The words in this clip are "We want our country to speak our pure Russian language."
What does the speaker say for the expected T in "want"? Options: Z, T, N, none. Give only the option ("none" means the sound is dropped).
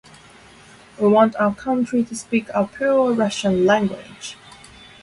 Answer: T